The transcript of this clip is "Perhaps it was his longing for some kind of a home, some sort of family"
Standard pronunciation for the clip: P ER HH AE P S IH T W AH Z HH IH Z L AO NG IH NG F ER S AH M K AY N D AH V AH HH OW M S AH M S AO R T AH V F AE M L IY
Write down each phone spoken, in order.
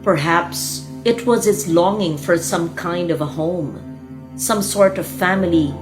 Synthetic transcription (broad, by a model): P ER HH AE P S IH T W AH Z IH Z L AO NG IH NG F ER S AH M K AY N D AH V AH HH OW M S AH M S AO R T AH V F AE M L IY